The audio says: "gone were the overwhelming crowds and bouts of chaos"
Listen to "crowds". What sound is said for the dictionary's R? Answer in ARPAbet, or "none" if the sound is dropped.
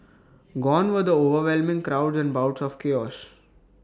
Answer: R